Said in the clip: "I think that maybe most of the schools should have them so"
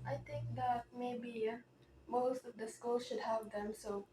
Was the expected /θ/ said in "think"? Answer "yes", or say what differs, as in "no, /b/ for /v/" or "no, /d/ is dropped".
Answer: no, /t/ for /θ/